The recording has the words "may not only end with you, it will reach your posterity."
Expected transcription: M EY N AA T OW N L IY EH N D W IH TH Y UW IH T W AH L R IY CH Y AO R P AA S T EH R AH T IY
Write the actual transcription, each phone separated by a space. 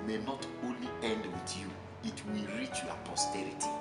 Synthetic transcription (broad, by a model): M EY N AA T OW N L IY EH N D W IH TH Y UW IH T W AH L R IY CH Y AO P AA S T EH R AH T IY